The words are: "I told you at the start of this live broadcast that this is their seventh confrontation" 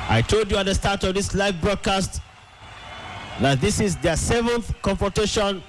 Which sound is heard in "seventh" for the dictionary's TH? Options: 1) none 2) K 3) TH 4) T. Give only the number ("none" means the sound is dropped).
3